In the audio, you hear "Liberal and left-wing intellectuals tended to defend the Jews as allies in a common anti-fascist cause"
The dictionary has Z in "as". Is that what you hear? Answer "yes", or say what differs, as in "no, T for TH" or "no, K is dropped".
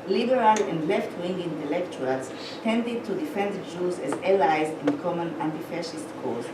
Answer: yes